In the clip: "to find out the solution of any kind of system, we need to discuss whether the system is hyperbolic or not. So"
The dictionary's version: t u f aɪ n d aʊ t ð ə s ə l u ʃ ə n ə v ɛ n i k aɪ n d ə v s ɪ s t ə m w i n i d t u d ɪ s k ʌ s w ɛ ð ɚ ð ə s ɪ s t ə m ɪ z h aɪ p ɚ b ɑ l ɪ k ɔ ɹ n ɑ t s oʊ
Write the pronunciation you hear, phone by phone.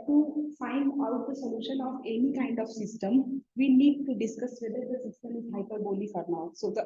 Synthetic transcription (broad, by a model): t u f aɪ n d aʊ t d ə s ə l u ʃ ə n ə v ɛ n i k aɪ n d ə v s ɪ s t ə m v i n i d t u d ɪ s k ʌ s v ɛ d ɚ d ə s ɪ s t ə m ɪ z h aɪ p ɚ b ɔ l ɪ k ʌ ɹ n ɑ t s oʊ